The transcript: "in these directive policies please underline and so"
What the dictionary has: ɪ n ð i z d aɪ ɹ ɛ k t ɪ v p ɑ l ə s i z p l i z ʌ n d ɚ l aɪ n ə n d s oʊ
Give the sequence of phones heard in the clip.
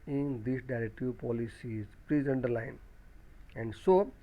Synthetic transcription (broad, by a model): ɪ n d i s d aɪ ɹ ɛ k t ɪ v p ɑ l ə s i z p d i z ʌ n d ɚ l aɪ n ə n d s oʊ